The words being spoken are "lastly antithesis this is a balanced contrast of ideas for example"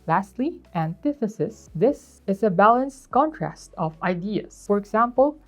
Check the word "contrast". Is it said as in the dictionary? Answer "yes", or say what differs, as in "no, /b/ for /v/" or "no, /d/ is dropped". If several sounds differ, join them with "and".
yes